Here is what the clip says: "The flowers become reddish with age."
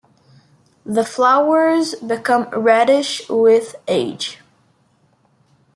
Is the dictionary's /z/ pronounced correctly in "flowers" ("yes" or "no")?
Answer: yes